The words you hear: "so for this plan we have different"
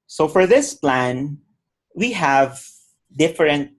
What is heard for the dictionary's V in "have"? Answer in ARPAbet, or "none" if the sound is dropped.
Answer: V